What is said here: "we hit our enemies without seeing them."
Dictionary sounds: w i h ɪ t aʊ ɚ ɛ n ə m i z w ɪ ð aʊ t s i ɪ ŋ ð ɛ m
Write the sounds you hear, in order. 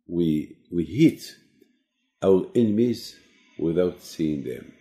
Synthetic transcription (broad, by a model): w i h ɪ t aʊ ɚ ɛ n ə m i z w ɪ ð aʊ t s i ɪ ŋ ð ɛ m